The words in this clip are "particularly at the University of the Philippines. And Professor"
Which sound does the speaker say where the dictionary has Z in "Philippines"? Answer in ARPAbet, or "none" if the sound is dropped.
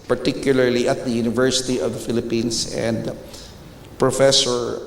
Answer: S